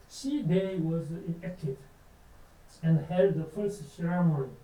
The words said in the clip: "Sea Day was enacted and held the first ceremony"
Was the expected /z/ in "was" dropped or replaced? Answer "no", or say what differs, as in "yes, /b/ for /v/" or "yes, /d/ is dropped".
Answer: no